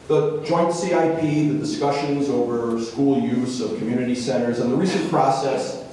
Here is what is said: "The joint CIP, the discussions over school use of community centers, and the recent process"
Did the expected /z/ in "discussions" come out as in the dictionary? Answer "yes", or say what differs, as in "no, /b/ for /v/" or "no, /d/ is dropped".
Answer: yes